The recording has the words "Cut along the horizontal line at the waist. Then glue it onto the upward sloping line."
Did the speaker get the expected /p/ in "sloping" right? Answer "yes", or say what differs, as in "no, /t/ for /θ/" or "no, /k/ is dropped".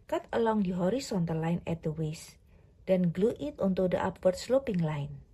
yes